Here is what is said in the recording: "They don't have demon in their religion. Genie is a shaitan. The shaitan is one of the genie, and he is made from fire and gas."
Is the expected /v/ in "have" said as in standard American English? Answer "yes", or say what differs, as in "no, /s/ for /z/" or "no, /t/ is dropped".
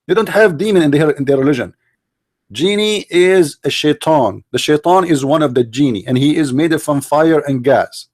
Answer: yes